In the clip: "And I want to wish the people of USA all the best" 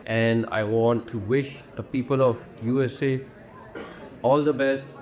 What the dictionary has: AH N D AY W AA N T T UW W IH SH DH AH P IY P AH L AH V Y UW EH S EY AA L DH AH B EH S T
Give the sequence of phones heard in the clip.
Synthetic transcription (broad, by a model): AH N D AY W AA N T T UW W IH SH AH P IY P AH L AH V Y UW EH S EY AA L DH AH B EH S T